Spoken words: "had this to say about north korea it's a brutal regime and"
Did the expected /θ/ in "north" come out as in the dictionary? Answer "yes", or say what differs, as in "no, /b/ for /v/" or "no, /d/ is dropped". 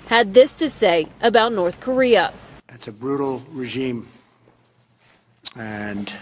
yes